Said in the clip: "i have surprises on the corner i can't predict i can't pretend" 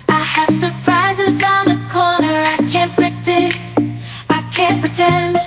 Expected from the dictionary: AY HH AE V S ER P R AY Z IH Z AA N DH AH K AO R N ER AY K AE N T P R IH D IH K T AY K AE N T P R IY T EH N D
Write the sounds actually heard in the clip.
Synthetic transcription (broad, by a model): AY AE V S ER P R AY Z IH Z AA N DH AH K AO R N ER AY K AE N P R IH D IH T AY K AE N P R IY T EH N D